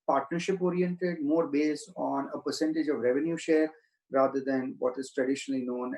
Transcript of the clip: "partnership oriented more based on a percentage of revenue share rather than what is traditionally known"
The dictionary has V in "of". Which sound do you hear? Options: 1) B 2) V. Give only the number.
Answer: 2